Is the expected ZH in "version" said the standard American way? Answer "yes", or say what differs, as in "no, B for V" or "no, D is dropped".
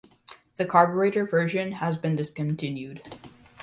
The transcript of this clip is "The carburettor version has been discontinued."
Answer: yes